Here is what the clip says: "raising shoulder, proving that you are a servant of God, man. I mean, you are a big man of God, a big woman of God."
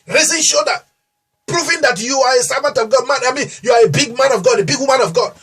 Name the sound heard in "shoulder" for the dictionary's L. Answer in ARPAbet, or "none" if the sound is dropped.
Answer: none